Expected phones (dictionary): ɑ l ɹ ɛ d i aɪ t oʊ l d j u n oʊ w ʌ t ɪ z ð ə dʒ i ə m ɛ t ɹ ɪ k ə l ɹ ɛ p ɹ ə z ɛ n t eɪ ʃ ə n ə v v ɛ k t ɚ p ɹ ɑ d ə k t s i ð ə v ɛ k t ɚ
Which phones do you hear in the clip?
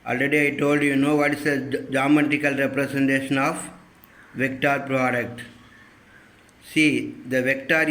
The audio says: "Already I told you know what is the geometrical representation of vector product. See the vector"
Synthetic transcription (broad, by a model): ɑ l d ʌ d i aɪ t oʊ l d j u n oʊ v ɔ t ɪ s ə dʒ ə m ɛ t ɪ k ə l ɹ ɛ p ɹ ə s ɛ n t eɪ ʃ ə n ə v v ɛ k t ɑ p ɹ ɑ d ə k t s i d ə v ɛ k t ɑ